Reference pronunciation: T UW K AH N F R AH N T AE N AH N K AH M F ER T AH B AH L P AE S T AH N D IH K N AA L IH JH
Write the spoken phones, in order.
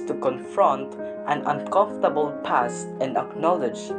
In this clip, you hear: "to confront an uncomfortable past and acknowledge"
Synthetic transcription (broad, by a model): T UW K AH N F R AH N T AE N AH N K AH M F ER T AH B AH L P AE S AH N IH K N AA L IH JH